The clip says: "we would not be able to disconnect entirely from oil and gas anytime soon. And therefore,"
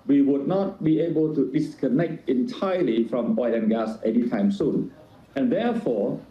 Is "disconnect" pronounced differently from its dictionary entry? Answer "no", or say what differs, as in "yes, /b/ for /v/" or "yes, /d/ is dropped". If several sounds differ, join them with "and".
no